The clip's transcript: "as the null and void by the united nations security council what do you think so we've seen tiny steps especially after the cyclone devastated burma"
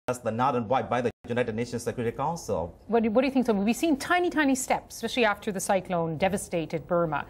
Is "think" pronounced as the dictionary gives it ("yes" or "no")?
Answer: yes